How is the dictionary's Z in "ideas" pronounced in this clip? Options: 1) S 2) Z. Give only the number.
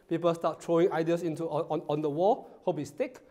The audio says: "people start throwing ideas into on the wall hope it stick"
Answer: 1